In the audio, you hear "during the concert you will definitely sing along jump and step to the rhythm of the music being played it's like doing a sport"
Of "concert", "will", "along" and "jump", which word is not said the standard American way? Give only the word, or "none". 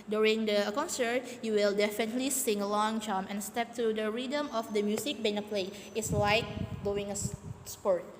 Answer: jump